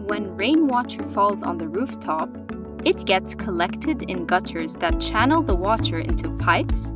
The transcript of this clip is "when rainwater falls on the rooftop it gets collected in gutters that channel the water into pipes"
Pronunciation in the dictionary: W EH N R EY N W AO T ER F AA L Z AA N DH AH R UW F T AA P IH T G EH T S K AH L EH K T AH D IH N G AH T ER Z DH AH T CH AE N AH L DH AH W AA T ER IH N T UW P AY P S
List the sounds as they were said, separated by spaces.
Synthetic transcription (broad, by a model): W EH N R EY N W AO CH ER F AA L Z N DH AH R UW F T AA P IH T G EH T S K AH L EH K T AH D IH N G AH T ER Z DH AH T CH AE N L DH AH W AA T ER IH N T UW P AY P S